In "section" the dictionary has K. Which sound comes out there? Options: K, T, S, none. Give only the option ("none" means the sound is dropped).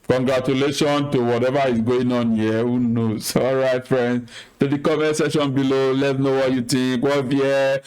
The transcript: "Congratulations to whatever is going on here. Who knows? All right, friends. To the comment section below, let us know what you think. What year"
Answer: none